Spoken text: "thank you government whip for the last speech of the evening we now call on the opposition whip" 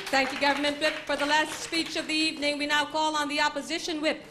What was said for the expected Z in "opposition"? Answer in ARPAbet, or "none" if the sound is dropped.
Z